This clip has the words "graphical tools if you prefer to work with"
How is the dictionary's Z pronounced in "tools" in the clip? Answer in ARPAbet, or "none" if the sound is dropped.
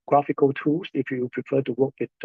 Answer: S